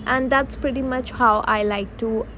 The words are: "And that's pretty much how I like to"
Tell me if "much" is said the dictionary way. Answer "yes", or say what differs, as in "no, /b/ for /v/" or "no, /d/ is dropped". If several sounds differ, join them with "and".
yes